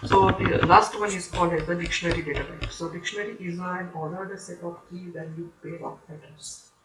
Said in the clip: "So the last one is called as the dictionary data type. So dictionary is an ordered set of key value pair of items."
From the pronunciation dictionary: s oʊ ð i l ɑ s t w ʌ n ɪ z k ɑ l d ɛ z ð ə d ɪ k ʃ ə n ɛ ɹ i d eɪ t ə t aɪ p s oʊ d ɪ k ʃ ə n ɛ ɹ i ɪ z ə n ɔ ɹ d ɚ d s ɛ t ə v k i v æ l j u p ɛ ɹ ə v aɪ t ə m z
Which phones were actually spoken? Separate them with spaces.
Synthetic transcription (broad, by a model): s oʊ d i l ɑ s t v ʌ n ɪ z k ɑ l d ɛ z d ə d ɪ k ʃ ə n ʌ ɹ i d eɪ t ə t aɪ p s oʊ d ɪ k ʃ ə n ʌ ɹ i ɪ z ə n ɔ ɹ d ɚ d s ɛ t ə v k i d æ n j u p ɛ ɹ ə p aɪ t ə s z